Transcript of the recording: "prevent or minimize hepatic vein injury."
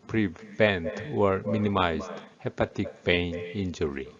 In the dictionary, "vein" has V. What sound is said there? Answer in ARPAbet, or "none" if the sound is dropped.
B